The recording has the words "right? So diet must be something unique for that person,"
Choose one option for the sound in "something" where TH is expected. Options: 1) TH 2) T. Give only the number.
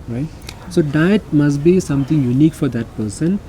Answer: 2